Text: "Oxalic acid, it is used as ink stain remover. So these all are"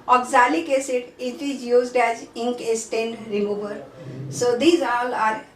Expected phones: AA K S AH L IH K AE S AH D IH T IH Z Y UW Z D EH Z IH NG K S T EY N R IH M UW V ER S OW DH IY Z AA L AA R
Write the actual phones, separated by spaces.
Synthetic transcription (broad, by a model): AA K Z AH L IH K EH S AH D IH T IH Z Y UW Z D EH Z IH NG K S T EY N R IH M UW V ER S OW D IY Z AA L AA R